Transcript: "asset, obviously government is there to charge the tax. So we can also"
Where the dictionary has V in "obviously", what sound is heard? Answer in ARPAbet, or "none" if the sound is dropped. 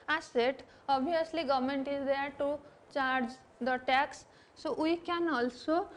none